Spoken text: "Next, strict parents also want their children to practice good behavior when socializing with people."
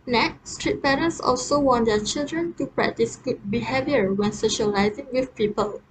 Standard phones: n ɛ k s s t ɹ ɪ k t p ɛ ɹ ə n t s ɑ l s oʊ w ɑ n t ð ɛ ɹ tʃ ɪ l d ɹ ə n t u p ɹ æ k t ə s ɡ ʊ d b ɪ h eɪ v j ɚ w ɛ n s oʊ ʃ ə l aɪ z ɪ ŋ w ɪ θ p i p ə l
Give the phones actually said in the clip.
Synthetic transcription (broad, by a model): n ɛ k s s t ɹ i t p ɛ ɹ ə n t s ɑ l s oʊ w ɑ n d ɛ tʃ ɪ l d ɹ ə n t u p ɹ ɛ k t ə s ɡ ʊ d b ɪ h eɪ v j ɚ w ɛ n s oʊ ʃ ə l aɪ z ɪ ŋ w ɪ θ p i p ə l